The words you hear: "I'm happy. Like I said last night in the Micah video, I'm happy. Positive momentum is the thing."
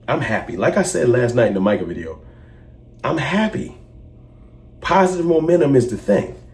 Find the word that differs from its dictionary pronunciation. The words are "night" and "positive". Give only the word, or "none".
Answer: none